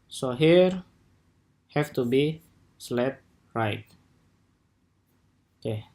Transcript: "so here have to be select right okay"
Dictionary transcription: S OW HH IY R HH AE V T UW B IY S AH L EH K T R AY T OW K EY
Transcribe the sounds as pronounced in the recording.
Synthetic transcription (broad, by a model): S OW HH IY R HH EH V T UW B IY S L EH T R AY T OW K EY